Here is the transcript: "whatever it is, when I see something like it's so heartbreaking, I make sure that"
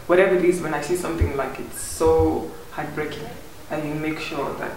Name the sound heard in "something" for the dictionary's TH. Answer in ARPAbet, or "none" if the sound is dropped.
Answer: T